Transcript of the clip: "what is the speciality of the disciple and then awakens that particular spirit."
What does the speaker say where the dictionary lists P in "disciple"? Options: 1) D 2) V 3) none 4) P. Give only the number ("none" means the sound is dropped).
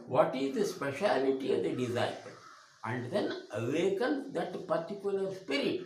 3